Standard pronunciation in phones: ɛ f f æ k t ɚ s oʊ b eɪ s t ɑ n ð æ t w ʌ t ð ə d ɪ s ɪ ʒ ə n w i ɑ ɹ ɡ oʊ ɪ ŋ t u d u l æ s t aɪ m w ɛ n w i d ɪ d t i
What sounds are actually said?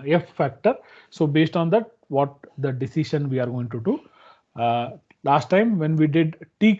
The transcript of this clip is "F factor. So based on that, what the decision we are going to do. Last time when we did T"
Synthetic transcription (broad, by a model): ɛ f f æ k t ɚ s oʊ b eɪ s t ɑ n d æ t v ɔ t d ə d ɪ s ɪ ʃ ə n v i ɑ ɹ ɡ oʊ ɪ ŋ t u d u l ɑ s t aɪ m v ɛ n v i d ɪ d t i